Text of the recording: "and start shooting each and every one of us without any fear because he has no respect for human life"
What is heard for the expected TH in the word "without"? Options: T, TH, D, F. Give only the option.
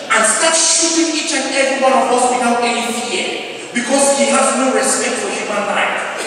T